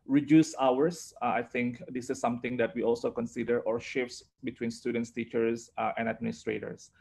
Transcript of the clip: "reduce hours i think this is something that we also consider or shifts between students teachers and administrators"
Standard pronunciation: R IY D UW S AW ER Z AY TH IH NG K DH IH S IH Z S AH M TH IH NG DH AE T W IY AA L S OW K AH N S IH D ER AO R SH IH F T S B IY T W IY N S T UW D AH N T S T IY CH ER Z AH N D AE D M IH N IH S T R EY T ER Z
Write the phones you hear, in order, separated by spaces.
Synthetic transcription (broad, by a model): R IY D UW S AW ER S AY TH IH NG K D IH S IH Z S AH M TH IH NG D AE T W IY AA L S OW K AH N S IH D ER AO R SH IH F T S B IY T W IY N S T UW D AH N T S T IY CH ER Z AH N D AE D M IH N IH S T R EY T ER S